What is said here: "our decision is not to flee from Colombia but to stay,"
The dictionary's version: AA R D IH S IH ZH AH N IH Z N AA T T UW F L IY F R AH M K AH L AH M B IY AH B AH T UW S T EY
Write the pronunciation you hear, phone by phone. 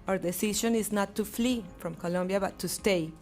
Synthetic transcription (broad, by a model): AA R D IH S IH SH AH N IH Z N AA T T UW F L IY F R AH M K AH L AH M B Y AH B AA T UW S T EY